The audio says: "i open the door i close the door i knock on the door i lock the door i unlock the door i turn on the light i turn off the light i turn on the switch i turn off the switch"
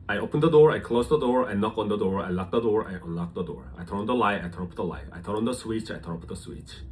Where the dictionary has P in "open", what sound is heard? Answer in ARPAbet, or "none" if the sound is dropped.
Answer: P